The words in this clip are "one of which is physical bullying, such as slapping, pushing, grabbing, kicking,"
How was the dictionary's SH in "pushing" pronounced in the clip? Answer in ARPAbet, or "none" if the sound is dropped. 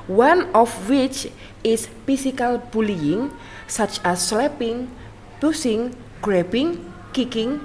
S